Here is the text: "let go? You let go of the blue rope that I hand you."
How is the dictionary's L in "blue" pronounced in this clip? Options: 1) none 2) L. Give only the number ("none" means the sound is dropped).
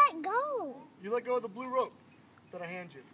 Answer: 2